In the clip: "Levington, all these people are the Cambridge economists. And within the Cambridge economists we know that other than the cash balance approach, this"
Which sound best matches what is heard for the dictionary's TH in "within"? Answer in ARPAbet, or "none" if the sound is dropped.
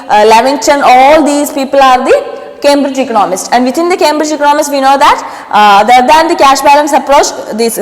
T